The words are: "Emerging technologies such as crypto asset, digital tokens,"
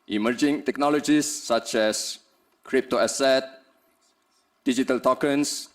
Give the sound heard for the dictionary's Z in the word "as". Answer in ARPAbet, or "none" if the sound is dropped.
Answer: S